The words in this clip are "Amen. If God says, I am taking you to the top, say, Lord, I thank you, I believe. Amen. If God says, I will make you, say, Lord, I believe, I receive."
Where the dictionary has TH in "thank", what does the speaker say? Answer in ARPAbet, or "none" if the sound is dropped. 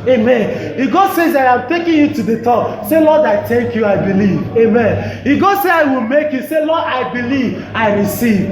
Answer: T